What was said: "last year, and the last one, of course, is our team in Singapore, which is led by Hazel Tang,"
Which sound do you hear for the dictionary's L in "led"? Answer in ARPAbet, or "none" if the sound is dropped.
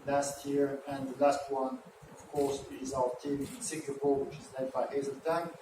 N